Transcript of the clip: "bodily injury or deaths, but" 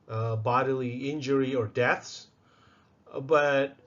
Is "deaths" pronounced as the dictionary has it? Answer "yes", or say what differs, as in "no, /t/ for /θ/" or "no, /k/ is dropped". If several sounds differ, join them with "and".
yes